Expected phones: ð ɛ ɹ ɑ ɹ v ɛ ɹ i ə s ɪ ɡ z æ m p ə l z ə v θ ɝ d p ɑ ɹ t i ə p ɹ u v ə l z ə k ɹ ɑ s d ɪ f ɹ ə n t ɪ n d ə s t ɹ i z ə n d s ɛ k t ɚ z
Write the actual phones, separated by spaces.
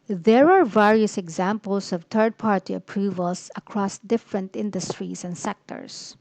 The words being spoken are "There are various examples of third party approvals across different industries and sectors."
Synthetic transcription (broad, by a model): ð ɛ ɹ ɑ ɹ v ɛ ɹ i ə s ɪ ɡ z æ m p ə l s ə v t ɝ d p ɑ ɹ t i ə p ɹ u v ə l s ə k ɹ ɑ s d ɪ f ɹ ə n t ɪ n d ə s t ɹ i s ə n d s ɛ k t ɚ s